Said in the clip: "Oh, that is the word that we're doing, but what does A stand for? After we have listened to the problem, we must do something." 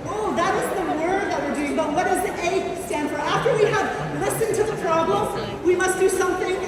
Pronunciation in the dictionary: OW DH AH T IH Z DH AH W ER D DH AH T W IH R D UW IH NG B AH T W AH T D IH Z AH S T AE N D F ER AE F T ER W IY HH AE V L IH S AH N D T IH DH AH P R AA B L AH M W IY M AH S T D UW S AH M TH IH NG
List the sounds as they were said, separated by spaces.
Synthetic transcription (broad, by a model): OW DH AH T IH Z DH AH W ER D DH AH T W IH R D UW IH NG B AH T W AH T D IH Z AH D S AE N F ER AE F T ER W IY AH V L IH S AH N T IH DH AH P R AA B L AH M W IY M AH S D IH S AH M TH IH NG